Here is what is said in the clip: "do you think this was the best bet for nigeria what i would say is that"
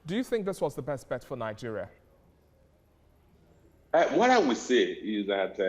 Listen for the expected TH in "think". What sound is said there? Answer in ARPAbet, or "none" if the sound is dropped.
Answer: TH